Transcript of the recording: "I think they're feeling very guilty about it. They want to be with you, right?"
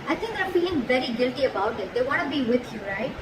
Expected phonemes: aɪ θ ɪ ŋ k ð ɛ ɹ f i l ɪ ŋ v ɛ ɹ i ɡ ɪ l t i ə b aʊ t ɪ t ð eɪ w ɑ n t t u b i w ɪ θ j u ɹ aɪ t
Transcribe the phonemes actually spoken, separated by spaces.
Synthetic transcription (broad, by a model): aɪ t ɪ ŋ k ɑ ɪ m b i ɪ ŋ v ɛ ɹ i ɡ ɪ l t i ə b aʊ t ɪ t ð eɪ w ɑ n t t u b i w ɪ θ j u ɹ aɪ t